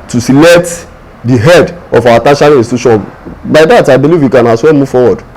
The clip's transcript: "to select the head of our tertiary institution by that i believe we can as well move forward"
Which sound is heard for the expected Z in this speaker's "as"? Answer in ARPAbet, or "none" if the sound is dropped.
S